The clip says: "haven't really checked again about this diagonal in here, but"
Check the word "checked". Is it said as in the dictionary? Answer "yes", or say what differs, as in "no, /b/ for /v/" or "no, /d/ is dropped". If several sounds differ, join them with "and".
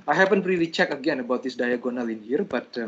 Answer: no, /t/ is dropped